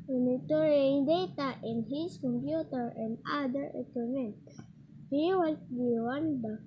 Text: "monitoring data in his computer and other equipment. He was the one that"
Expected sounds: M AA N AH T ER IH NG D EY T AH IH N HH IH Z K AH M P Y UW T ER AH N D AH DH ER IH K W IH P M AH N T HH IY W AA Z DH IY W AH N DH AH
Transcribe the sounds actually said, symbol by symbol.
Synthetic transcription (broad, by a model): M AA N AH T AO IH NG D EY T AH IH N HH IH S K AH M P Y UW T ER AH N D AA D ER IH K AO M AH N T HH IY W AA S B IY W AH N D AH